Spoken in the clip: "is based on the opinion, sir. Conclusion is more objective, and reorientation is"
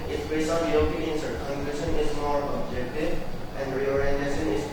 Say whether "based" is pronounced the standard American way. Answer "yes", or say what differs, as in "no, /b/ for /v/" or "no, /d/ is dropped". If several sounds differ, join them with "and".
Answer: no, /t/ is dropped